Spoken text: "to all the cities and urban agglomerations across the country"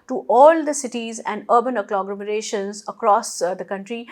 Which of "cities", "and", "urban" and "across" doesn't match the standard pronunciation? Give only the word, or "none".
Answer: none